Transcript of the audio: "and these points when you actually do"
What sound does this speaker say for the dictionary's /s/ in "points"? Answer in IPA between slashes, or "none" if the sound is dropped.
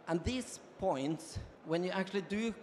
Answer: /s/